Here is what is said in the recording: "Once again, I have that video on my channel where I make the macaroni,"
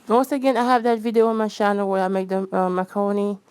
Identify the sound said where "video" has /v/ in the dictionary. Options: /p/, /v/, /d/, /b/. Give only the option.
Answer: /v/